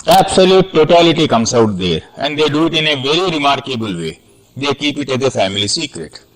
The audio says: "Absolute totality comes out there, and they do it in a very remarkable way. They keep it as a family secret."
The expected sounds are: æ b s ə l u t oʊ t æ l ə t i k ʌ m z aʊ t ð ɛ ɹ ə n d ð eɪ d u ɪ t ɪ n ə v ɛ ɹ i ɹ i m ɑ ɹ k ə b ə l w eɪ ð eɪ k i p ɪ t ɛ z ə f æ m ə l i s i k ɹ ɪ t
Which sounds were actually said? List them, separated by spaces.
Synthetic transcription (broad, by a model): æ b s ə l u t oʊ t æ l ə t i k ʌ m s aʊ t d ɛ ɹ ə n d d eɪ d u ɪ t ɪ n ə v ɛ ɹ i ɹ i m ɑ ɹ k ə b ə l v eɪ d eɪ k i p ɪ t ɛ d ə f æ m ə l i s i k ɹ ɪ t